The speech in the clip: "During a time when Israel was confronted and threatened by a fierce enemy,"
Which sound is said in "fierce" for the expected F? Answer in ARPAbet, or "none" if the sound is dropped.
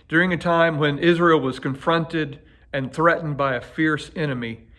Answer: F